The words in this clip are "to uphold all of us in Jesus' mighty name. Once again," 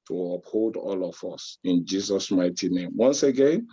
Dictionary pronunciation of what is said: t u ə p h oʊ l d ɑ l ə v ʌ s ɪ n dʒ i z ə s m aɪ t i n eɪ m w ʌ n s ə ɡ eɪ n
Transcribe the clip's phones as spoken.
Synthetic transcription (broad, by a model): t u ə p h oʊ l d ɑ l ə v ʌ s ɪ n dʒ i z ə s m aɪ t i n eɪ m w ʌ n s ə ɡ eɪ n